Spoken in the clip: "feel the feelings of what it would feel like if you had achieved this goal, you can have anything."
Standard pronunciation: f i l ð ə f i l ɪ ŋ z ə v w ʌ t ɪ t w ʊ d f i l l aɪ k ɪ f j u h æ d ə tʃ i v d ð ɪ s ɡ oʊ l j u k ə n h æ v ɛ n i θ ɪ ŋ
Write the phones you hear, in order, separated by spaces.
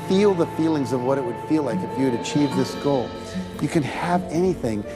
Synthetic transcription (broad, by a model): f i l ð ə f i l ɪ ŋ z ə v w ʌ t ɪ t w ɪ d f i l l aɪ k ɪ f j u d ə tʃ i v ð ɪ s ɡ oʊ l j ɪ k ə n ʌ v ɛ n i θ ɪ ŋ